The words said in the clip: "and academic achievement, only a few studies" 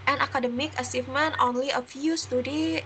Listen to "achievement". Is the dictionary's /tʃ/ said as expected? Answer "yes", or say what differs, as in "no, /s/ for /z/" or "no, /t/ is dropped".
no, /s/ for /tʃ/